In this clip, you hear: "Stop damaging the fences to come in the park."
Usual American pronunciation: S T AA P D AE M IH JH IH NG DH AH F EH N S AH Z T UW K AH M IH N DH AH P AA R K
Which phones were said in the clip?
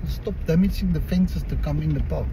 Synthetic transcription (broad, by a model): S T AA P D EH M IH CH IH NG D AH F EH N S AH S T UW K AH M IH N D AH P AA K